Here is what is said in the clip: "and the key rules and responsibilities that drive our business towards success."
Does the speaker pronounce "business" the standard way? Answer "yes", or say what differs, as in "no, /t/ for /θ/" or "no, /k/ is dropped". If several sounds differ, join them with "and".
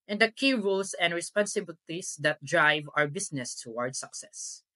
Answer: no, /s/ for /z/